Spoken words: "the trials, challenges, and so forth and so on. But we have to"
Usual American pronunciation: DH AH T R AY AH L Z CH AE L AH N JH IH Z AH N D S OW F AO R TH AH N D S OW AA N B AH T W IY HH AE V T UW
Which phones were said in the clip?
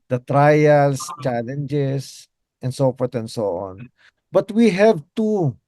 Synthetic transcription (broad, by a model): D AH T R AY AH L S CH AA L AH N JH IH S AH N D S OW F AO R T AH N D S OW AA N B AH T W IY HH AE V T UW